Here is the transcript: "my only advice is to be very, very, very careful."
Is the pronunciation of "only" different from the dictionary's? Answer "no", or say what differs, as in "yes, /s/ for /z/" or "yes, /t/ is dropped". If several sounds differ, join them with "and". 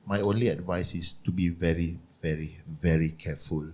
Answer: no